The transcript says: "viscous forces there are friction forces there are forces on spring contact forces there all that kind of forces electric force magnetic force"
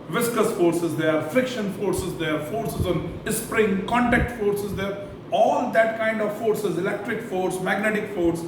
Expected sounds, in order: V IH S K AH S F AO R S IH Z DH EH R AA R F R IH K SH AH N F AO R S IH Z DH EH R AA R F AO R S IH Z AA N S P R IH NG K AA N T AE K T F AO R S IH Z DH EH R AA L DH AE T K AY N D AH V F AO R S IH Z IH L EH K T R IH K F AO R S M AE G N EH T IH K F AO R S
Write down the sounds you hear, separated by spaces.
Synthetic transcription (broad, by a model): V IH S K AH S F AO R S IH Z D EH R AA R F R IH K SH AH N F AO R S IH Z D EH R AA R F AO R S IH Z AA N S P R IH NG K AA N T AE K T F AO R S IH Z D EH R AA L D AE T K AY N D AH V F AO R S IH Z IH L EH K T R IH K F AO R S M AE G N EH T IH K F AO R S